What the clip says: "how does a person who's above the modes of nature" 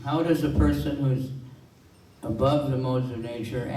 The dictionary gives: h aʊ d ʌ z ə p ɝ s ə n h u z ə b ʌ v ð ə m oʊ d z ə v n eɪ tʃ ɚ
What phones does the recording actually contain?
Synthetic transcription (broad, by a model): h aʊ d ʌ z ə p ɝ s ə n h u z ə b ʌ v ð ə m oʊ d z ə v n eɪ tʃ ɚ